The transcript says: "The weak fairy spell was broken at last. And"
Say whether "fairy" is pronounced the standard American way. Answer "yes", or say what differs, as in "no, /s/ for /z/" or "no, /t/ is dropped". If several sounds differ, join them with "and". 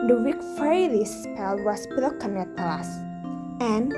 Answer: no, /l/ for /ɹ/